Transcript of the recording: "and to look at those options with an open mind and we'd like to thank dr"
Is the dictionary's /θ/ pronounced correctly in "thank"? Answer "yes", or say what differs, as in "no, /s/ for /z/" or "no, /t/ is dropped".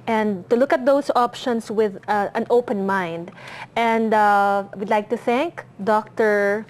yes